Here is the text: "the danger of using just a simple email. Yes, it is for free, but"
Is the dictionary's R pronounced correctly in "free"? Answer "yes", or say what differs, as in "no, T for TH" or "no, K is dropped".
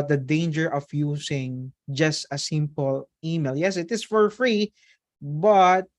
yes